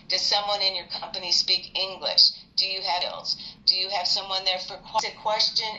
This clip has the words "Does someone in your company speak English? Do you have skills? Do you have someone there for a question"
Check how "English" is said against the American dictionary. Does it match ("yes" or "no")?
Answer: yes